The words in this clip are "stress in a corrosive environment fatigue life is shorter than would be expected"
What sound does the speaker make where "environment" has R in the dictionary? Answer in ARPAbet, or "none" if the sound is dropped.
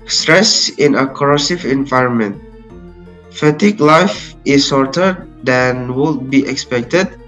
R